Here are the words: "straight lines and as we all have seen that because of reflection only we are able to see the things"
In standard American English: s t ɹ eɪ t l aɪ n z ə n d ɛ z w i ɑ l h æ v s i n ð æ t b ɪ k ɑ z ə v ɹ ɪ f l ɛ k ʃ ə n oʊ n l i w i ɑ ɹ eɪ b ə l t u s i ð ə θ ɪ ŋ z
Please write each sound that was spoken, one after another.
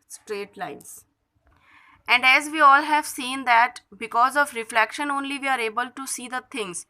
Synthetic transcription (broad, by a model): s t ɹ eɪ t l aɪ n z ə n d ɛ z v i ɑ l h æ v s i n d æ t b ɪ k ɑ z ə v ɹ ɪ f l ɛ k ʃ ə n oʊ n l i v i ɑ ɹ eɪ b ə l t u s i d ə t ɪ ŋ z